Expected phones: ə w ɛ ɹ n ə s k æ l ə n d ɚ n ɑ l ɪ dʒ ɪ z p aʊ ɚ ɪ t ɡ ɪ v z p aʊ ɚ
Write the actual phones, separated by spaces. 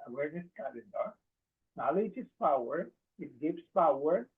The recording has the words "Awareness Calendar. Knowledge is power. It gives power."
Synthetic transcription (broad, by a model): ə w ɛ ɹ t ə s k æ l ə d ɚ n ɑ l ɪ dʒ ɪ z p aʊ ɚ ɪ t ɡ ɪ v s p aʊ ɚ